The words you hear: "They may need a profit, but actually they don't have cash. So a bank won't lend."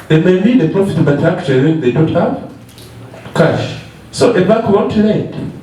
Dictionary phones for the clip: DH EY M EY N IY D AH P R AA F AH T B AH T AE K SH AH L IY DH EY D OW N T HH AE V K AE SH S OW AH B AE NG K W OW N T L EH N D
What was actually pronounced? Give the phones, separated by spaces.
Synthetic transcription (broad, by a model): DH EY M EY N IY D AH P R AA F AH T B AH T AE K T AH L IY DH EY D OW N T HH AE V K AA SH S OW AH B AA K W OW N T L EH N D